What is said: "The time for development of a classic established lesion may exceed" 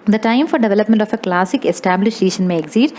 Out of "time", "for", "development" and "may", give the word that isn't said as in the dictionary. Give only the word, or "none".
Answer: none